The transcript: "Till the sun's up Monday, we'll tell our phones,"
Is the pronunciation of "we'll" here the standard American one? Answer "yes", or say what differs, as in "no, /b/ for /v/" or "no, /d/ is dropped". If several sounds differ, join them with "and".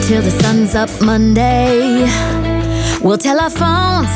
yes